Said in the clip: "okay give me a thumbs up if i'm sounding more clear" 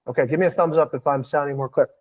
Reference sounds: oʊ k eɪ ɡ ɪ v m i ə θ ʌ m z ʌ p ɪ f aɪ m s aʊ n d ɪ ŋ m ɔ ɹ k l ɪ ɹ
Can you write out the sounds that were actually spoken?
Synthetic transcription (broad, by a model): oʊ k eɪ ɡ ɪ v m i ə θ ʌ m z ʌ p ɪ f aɪ m s aʊ n d ɪ ŋ m ɔ ɹ k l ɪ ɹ